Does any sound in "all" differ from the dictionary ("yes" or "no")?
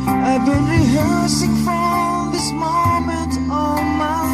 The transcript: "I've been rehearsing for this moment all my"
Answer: yes